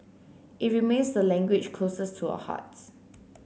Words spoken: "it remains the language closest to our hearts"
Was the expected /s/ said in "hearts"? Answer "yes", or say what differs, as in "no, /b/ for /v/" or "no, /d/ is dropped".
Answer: no, /s/ is dropped